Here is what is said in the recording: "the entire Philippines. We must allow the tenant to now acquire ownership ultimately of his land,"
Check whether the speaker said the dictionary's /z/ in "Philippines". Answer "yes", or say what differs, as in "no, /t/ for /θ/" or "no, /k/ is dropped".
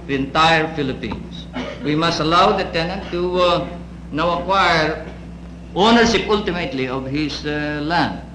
no, /s/ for /z/